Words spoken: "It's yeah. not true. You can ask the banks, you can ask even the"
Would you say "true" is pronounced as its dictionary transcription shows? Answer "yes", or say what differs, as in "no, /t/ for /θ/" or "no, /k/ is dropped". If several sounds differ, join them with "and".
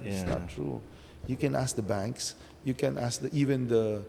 yes